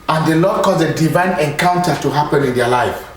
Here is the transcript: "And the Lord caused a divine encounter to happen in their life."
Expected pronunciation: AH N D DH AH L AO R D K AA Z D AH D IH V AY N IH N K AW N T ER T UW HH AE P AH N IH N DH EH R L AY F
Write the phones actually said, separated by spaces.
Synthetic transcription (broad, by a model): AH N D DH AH L AO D K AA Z AH D IH V AY N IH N K AW N T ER T UW HH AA P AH N IH N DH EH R L AY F